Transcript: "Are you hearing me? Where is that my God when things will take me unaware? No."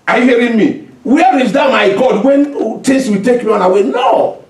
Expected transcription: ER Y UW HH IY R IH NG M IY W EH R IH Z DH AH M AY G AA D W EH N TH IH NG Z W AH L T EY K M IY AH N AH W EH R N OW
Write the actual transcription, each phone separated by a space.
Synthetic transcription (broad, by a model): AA Y UW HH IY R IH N M IY W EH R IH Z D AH M AY G AA D W EH N T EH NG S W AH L T EY K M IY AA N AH W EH N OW